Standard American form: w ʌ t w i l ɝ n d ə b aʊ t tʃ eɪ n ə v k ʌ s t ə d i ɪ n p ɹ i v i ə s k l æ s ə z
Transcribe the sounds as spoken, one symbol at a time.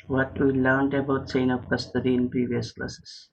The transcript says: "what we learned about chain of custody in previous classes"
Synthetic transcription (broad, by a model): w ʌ t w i l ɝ n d ə b aʊ t s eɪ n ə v k ʌ s t ə d i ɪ n p ɹ i v i ə s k l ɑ s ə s